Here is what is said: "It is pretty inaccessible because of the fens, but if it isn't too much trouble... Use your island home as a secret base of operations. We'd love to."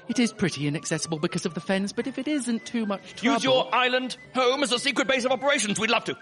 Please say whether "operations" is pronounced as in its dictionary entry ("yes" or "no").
yes